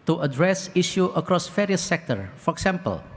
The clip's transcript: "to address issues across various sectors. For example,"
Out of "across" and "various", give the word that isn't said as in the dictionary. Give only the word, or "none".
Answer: various